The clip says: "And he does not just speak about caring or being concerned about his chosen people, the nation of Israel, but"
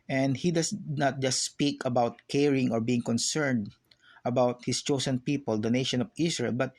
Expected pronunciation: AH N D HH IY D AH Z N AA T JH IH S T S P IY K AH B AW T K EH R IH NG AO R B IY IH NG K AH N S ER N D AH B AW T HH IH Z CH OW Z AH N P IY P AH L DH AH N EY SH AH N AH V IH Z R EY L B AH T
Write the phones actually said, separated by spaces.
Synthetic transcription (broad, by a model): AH N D HH IY D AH S N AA T JH IH S T S P IY K AH B AW T K EH R IH NG AO R B IY IH NG K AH N S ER N D AH B AW T HH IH S CH OW S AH N P IY P AH L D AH N EY SH AH N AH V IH S R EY L B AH T